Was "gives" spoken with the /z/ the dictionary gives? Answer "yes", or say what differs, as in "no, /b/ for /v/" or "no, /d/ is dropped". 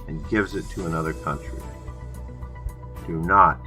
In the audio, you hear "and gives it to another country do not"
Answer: yes